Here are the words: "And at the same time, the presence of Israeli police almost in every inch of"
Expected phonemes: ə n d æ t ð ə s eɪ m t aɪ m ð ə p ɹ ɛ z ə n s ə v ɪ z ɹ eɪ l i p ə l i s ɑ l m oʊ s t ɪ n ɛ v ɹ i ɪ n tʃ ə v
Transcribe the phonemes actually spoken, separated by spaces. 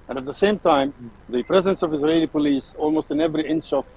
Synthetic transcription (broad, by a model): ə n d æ t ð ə s eɪ m t aɪ m ð ə p ɹ ɛ z ə n s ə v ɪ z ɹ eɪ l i p ə l i s ɑ l m oʊ s t ɪ n ɛ v ɹ i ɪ n ʃ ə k